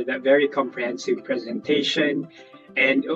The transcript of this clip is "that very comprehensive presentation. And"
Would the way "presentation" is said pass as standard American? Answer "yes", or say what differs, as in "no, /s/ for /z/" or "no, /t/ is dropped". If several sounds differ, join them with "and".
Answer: yes